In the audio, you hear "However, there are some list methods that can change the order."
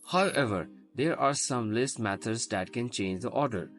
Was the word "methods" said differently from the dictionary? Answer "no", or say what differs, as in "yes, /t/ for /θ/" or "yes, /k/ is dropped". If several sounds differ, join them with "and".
yes, /t/ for /θ/